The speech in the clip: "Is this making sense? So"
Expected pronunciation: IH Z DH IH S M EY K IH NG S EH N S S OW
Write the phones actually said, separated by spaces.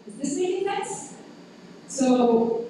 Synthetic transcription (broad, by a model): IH Z DH IH S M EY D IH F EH S S OW